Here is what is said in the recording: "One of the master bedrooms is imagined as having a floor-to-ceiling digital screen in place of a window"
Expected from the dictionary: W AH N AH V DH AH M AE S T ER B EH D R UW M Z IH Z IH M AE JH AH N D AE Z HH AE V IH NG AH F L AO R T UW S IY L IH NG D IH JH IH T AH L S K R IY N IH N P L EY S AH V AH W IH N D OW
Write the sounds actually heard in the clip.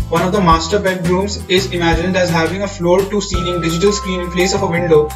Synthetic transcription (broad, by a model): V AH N AH V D AH M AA S T ER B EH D R UW M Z IH Z IH M AE JH AH N D AE Z HH AE V IH NG AH F L AO R T UW S IY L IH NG D IH JH IH T AH L S K R IY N IH N P L EY S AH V AH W IH N D OW